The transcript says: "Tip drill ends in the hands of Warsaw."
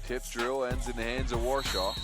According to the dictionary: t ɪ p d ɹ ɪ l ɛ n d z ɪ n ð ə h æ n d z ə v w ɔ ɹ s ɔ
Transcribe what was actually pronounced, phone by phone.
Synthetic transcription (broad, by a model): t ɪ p d ɹ ɪ l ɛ n d z ɪ n ð ə h æ n d z ə v w ɔ ɹ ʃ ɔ